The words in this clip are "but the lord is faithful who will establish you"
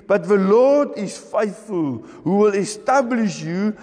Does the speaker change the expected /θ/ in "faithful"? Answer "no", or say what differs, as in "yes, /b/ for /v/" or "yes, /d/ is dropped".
no